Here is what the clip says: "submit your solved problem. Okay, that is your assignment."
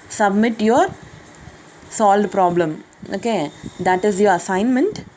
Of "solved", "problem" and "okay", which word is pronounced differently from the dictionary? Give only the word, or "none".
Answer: solved